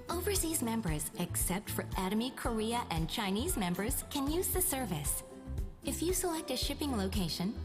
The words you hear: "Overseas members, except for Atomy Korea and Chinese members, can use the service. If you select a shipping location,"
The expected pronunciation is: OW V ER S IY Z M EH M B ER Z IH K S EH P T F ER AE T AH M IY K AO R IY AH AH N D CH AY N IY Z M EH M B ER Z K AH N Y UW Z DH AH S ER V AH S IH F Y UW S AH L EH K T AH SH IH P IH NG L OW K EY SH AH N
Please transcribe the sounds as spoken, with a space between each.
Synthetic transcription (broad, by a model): OW V ER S IY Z M EH M B ER Z IH K S EH P T F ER AE T AH M IY K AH R IY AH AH N CH AY N IY Z M EH M B ER Z K AH N Y UW Z DH AH S ER V AH S IH F Y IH S AH L EH K T AH SH IH P IH NG L OW K EY SH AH N